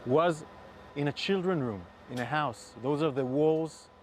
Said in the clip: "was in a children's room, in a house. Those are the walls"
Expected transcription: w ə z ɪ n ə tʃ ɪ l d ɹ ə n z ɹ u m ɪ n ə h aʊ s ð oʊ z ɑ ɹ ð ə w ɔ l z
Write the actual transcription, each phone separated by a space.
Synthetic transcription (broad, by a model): w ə z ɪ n ə tʃ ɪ l d ɹ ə n ɹ u m ɪ n ə h aʊ s ð oʊ z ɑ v ð ə w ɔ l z